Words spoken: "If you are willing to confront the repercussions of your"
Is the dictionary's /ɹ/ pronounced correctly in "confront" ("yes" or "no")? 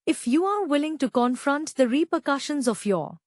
yes